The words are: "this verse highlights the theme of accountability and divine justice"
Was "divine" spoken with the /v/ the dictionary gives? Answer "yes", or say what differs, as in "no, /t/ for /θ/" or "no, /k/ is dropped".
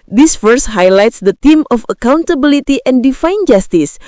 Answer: no, /f/ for /v/